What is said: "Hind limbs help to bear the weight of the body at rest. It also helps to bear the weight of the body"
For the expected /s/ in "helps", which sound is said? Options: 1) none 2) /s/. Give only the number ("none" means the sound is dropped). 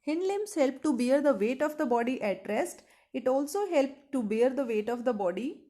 1